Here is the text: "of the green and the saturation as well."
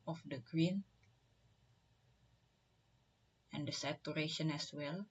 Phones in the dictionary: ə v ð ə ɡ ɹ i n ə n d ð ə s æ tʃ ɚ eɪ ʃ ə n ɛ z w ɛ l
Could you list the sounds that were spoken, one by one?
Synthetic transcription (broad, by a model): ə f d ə ɡ ɹ i n ə n d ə s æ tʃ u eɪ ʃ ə n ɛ s w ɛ l